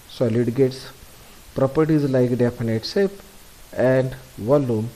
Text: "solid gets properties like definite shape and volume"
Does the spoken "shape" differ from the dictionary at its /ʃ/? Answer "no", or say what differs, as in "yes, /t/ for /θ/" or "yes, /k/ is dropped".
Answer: yes, /s/ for /ʃ/